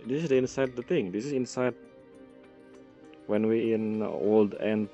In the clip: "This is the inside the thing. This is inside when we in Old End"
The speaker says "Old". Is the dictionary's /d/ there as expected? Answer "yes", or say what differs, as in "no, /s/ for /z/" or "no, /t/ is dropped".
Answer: yes